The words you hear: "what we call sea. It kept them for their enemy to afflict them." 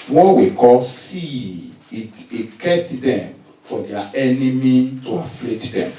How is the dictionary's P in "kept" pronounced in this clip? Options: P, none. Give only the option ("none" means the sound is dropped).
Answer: none